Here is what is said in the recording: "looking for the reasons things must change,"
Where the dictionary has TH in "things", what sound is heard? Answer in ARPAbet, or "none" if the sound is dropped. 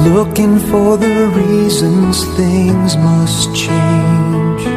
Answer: TH